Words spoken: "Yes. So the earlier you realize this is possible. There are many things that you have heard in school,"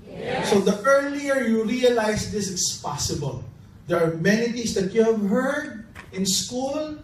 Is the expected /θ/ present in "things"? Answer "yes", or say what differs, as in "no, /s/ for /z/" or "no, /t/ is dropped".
no, /t/ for /θ/